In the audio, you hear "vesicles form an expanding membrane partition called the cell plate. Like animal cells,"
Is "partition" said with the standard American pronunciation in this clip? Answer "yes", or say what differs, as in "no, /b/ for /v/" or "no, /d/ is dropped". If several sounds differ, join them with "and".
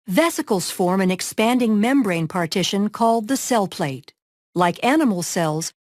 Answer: yes